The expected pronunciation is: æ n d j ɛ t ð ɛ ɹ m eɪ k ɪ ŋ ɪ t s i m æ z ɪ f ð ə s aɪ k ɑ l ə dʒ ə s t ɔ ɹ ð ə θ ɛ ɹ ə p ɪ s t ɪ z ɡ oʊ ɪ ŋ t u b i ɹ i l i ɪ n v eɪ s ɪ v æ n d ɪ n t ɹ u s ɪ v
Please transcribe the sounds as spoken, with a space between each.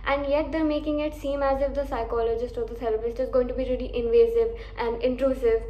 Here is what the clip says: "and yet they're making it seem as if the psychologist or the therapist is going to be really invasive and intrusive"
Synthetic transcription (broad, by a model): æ n d j ɛ t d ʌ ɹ m eɪ k ɪ ŋ ɪ t s i m æ z ɪ f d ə s aɪ k ɑ l ə dʒ ə s t ɔ ɹ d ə t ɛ l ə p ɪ s t ɪ z ɡ oʊ ɪ ŋ t u b i ɹ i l i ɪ n v eɪ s ɪ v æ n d ɪ n t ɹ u s ɪ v